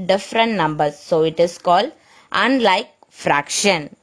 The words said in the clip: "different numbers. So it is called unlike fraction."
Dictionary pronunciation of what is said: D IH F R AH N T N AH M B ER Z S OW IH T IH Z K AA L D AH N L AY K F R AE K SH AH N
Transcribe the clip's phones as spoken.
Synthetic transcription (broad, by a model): D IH F R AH N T N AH M B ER S OW IH T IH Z K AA L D AH N L AY K F R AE K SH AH N